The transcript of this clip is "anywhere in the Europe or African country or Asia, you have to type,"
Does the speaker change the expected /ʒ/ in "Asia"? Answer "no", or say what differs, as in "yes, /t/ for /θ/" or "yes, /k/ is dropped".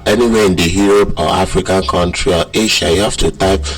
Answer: yes, /ʃ/ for /ʒ/